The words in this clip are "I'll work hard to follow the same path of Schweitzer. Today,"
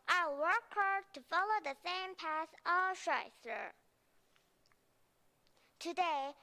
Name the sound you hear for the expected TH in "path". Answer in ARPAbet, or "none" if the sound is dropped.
S